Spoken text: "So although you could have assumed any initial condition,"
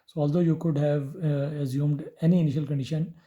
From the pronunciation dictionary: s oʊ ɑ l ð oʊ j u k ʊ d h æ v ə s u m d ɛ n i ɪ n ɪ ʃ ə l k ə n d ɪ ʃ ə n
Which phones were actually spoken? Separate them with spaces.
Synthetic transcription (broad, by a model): s oʊ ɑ l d oʊ j u k ʊ d h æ v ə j u m d ɛ n i ɪ n ɪ ʃ ə l k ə n d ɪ ʃ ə n